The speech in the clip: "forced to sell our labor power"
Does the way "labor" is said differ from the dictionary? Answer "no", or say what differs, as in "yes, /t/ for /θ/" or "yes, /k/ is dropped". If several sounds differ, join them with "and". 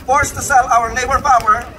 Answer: yes, /n/ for /l/